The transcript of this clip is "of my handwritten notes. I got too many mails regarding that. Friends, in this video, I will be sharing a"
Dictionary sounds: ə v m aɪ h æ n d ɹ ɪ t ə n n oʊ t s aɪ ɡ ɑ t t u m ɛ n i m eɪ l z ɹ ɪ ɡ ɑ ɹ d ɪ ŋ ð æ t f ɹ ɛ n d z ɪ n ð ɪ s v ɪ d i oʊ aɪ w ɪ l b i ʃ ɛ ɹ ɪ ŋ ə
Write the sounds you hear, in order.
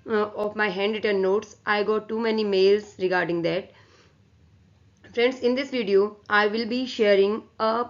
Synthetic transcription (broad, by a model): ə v m aɪ h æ n d ɪ t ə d n oʊ t s aɪ ɡ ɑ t t u m ɛ n i m eɪ l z ɹ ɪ ɡ ɑ ɹ d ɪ ŋ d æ t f ɹ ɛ n d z ɪ n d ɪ s v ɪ d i oʊ aɪ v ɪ l b i ʃ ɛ ɹ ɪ ŋ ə